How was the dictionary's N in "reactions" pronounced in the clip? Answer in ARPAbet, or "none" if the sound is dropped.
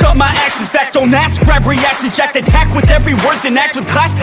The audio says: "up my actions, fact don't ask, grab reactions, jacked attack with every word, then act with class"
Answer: none